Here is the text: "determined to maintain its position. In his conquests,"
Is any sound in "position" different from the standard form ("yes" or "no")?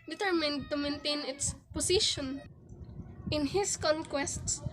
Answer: yes